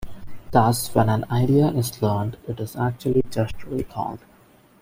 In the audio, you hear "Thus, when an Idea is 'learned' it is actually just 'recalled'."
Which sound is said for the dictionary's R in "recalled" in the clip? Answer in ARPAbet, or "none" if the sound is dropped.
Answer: L